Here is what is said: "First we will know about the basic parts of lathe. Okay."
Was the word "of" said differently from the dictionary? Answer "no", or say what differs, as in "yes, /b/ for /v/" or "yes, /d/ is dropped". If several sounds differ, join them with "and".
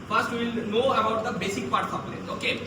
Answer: yes, /p/ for /v/